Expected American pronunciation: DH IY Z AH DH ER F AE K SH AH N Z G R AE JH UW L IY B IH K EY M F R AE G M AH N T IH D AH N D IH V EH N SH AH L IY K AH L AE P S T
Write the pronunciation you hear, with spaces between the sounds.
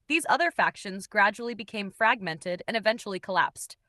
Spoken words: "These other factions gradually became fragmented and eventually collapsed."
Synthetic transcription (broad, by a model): DH IY Z AH DH ER F AE K SH AH N Z G R AE JH UW L IY B IH K EY M F R AE G M AH N T IH D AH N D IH V EH N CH L IY K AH L AE P S T